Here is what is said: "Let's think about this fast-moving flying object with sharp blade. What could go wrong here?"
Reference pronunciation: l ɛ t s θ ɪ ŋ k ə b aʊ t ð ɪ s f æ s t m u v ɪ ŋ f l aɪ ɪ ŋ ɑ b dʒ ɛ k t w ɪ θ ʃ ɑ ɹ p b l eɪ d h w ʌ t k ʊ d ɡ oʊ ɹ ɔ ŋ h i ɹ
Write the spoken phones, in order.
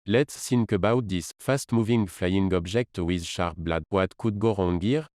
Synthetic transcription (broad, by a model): l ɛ t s s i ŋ k ə b aʊ t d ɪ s f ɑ s t m u v ɪ ŋ f l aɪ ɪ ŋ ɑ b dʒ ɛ k t w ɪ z ʃ ɑ ɹ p b l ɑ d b w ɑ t k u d ɡ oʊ ɹ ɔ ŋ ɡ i ɹ